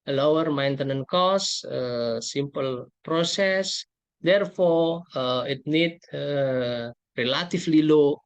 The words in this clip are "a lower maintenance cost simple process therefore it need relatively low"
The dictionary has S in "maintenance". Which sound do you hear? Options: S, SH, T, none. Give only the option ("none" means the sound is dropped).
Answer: none